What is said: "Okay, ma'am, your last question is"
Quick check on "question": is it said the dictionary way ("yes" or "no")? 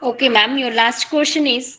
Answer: no